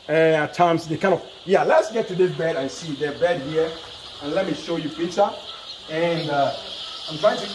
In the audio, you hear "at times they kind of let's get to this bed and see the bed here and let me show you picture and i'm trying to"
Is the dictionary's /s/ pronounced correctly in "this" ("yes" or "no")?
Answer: no